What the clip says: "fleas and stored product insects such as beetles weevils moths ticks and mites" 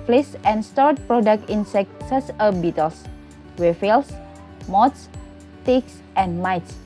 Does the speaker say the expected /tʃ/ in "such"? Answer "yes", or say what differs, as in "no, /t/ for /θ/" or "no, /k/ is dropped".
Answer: no, /s/ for /tʃ/